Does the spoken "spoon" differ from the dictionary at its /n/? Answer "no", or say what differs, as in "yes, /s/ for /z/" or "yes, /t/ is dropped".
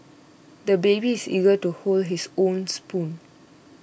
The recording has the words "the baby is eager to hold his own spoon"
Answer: no